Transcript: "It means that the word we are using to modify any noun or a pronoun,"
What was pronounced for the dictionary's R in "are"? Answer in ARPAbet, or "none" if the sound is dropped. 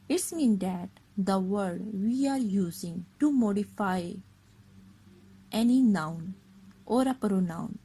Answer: R